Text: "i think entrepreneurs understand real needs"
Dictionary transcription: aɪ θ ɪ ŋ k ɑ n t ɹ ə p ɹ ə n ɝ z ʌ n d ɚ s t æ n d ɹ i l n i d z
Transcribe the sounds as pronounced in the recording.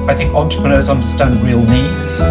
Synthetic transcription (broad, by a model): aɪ θ ɪ ŋ k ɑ n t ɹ ə p ɹ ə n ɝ z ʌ n d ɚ s t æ n d ɹ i l n i d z